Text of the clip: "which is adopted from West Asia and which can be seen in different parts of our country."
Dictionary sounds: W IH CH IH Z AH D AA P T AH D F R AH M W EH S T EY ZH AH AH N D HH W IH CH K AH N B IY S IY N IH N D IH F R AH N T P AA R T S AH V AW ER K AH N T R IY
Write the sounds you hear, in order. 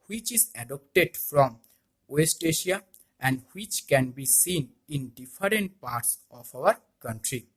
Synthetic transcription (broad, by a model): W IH CH IH Z AH D AA P T AH D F R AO M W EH S T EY SH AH AH N D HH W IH CH K AH N B IY S IY N IH N D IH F R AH N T P AA R T S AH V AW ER K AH N T R IY